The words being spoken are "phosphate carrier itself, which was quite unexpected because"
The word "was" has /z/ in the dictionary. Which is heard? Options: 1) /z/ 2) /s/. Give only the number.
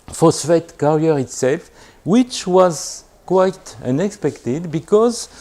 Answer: 1